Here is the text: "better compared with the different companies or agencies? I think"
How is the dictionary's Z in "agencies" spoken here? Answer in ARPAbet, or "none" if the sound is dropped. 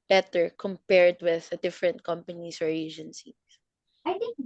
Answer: S